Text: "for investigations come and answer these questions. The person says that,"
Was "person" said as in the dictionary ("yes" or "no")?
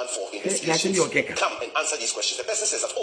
no